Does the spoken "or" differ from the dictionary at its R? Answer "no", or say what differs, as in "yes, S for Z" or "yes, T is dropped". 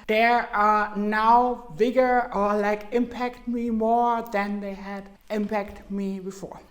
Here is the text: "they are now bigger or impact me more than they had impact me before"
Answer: yes, L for R